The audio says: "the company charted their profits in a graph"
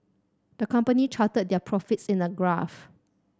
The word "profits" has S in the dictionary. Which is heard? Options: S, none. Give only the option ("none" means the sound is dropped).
S